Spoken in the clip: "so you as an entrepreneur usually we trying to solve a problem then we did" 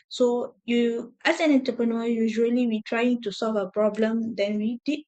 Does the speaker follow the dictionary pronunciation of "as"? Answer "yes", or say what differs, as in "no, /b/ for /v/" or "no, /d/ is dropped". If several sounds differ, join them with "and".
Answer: no, /s/ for /z/